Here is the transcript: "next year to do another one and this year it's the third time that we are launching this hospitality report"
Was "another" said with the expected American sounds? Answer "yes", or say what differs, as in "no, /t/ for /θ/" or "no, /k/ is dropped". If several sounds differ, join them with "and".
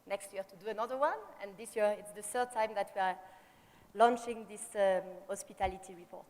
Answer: yes